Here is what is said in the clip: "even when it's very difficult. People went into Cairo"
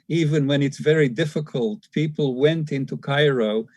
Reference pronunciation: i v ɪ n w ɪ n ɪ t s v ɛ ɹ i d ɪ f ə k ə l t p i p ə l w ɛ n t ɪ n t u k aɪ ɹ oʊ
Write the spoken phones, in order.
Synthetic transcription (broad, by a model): i v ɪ n w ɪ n ɪ t s v ɛ ɹ i d ɪ f ə k ə l t p i p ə l w ɛ n t ɪ n t u k aɪ ɹ oʊ